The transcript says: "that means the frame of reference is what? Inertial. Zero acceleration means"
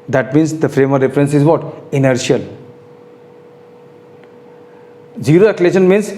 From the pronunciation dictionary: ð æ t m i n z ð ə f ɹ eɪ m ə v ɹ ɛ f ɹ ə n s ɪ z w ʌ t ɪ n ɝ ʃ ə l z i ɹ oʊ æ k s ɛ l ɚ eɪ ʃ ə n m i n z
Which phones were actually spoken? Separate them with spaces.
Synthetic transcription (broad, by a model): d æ t m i n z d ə f ɹ eɪ m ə ɹ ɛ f ɹ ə n s ɪ z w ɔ t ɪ n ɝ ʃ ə l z i ɹ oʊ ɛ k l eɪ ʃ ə n m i n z